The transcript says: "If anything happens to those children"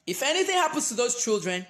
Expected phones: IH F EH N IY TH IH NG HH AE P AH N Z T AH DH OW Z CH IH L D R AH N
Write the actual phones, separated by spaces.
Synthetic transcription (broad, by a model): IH F EH N IY TH IH NG HH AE P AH N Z T AH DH OW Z CH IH L D R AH N